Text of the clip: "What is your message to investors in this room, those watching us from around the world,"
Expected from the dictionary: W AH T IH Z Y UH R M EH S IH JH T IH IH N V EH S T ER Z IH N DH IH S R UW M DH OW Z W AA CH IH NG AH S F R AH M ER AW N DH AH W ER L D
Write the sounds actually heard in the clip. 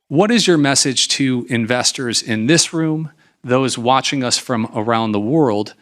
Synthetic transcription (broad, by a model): W AH T IH Z Y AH R M EH S IH JH T IH IH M V EH S T ER Z IH N DH IH S R UW M DH OW Z W AA CH IH NG AH S F R AH M ER AW N DH AH W ER L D